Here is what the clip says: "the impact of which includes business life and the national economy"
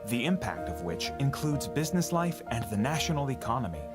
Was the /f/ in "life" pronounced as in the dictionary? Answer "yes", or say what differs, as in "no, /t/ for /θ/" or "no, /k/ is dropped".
yes